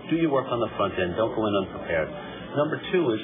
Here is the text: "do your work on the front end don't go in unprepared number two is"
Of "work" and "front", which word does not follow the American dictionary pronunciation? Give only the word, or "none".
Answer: none